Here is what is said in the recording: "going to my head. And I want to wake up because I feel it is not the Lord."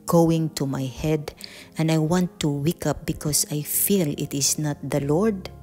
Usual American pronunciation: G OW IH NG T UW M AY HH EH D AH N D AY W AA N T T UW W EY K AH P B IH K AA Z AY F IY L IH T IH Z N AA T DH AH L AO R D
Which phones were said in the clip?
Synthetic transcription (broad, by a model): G OW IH NG T UW M AY HH EH D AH N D AY W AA N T T UW W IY K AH P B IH K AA S AY F IY L IH T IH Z N AA T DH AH L AO R D